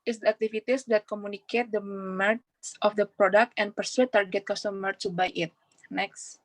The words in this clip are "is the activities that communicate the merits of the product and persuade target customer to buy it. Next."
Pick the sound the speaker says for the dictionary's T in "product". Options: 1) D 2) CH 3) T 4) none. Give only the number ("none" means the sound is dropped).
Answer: 3